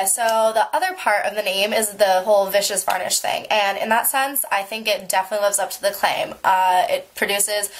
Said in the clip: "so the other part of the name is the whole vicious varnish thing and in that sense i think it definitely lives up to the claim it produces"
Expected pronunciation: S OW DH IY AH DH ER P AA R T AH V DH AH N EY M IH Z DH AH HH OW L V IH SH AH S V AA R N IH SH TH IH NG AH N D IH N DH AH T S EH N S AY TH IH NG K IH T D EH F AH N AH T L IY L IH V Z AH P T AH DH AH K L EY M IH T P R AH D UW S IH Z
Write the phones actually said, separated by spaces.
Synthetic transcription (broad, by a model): S OW DH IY AH DH ER P AA R T AH V DH AH N EY M IH Z DH AH HH OW L V IH SH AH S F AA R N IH SH TH IH NG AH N IH N DH AH T S EH N S AY TH IH NG K IH T D EH F AH N AH T L IY L IH V Z AH P T AH DH AH K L EY M IH T P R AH D UW S IH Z